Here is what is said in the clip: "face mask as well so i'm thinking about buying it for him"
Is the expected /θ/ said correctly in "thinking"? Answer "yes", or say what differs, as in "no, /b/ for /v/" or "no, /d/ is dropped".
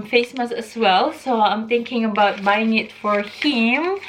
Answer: no, /t/ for /θ/